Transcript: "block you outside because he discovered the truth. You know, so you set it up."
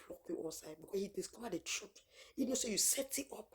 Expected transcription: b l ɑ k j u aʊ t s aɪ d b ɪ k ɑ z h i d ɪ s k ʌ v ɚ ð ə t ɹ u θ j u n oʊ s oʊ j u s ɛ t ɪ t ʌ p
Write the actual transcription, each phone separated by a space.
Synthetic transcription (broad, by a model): l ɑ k j u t s aɪ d b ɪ k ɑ h i d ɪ s k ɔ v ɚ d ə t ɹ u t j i n oʊ s oʊ j u s ɛ t ɪ t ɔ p